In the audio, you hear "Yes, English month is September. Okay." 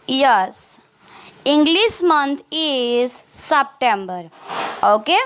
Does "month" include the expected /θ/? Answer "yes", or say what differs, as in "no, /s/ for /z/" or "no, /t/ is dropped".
no, /t/ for /θ/